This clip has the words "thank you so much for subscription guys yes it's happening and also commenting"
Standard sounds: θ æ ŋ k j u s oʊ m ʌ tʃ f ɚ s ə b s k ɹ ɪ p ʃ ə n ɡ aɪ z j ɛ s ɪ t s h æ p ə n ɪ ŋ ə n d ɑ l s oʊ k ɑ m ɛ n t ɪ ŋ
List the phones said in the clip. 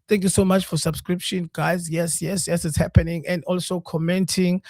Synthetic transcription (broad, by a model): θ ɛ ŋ k j u s oʊ m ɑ tʃ f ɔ s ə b s k ɹ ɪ p ʃ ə n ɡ aɪ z j ɛ s ɪ t s h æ p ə n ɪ ŋ ə n d ɑ l s oʊ k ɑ m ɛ n t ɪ ŋ